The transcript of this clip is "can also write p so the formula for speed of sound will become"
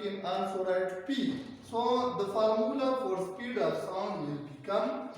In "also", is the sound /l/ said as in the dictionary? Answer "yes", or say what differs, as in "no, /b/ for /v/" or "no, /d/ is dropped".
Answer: no, /n/ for /l/